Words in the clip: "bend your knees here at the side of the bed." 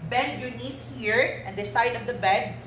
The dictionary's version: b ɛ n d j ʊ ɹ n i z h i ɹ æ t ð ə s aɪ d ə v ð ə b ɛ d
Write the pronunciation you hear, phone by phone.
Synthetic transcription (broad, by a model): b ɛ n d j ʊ n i s h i ɹ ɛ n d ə s aɪ d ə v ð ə b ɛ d